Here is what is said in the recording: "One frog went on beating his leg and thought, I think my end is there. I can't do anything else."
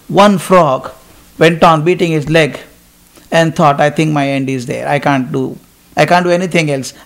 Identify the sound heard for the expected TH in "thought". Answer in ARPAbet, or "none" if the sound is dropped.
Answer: T